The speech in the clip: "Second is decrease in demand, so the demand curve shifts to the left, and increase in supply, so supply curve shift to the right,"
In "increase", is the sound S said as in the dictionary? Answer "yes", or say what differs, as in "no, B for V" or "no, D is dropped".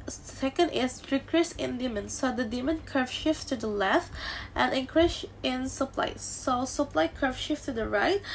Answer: no, SH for S